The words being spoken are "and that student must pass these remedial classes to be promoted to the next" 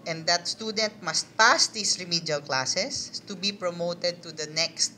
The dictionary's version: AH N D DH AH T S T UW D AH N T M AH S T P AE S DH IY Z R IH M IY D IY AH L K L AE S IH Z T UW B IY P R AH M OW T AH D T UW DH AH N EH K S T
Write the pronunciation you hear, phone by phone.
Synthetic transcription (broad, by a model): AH N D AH T S T UW D AH N T M AH S T P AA S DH IY S R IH M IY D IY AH L K L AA S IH S T UW B IY P R AH M OW T AH D T UW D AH N EH K S T